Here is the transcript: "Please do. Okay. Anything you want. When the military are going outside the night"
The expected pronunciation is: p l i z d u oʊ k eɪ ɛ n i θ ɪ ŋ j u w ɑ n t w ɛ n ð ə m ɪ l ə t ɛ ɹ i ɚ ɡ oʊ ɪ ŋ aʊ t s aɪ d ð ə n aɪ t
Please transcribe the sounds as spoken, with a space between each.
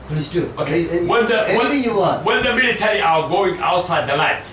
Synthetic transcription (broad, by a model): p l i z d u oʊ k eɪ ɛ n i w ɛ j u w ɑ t w ɛ n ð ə m ɪ l ə t ɛ ɹ i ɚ ɡ oʊ ɪ ŋ aʊ t s aɪ d ð ə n aɪ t